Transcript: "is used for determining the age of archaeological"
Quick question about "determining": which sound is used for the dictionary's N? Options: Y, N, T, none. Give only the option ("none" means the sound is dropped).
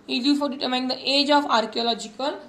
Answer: none